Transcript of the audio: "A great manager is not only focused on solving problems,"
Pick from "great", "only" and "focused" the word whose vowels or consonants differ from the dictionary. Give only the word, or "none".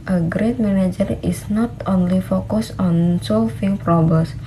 focused